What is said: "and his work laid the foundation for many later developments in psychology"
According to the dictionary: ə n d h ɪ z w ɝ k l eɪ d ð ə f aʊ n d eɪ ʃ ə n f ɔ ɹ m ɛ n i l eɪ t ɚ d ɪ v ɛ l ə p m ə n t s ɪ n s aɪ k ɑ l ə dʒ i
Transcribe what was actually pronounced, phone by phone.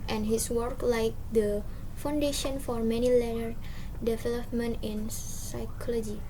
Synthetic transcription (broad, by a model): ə n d h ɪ s w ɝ k l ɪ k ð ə f aʊ n d eɪ ʃ ə n f ɔ ɹ m ɛ n i l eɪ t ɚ d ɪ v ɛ l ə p m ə n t ɪ n s aɪ k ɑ l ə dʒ i